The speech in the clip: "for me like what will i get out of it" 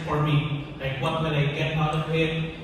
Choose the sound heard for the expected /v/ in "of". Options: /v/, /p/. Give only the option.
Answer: /p/